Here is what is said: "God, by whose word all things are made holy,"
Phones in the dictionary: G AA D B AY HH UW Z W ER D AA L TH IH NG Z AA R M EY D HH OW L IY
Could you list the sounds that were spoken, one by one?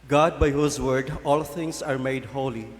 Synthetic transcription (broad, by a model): G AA D B AY HH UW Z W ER D AA L T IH NG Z AA R M EY D HH OW L IY